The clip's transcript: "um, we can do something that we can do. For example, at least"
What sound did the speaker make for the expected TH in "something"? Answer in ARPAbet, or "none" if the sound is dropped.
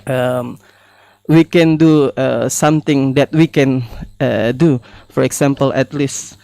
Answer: T